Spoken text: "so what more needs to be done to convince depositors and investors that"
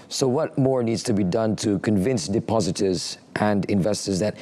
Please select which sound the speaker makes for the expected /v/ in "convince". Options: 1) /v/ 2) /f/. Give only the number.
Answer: 1